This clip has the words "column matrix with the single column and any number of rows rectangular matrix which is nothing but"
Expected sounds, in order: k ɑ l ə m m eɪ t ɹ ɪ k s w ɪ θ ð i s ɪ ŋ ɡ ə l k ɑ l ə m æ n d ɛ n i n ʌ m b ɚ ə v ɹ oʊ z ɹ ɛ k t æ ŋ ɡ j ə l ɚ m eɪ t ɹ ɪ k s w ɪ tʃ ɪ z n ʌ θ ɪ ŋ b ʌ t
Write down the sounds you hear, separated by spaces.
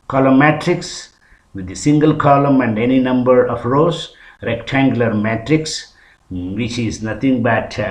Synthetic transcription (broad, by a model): k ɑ l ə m m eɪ t ɹ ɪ k s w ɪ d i s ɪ ŋ ɡ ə l k ɑ l ə m æ n d ɛ n i n ʌ m b ɚ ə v ɹ oʊ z ɹ ɛ k t æ ŋ ɡ j ə l ɚ m eɪ t ɹ ɪ k s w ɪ tʃ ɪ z n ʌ t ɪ ŋ b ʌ t